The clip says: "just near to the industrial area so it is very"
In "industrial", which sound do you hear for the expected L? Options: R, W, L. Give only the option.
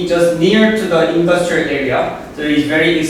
L